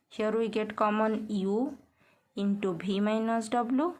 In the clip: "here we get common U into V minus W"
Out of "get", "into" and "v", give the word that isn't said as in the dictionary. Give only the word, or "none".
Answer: v